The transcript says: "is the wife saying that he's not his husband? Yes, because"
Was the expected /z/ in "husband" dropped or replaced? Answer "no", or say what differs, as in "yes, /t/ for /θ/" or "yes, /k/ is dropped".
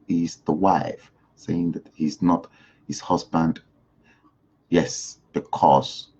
no